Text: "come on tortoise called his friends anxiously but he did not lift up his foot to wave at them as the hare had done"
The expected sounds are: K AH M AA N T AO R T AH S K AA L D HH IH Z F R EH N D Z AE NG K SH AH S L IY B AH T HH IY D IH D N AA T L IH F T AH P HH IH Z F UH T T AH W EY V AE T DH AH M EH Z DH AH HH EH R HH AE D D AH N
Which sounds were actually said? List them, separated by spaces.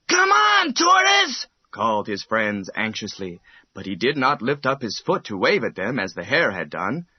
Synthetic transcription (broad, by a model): K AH M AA N T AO R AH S K AA L D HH IH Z F R EH N D Z AE NG K SH AH S L IY B AH T HH IY D IH D N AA T L IH F T AH P HH IH Z F UH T T AH W EY V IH T DH AH M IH Z DH AH HH EH R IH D D AH N